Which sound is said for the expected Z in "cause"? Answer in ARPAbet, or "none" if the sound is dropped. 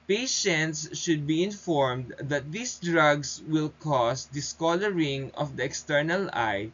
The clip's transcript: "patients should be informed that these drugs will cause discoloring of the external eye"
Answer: S